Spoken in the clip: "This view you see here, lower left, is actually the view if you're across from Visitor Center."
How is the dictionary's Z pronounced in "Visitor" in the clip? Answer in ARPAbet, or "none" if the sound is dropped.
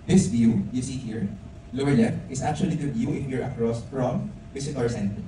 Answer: S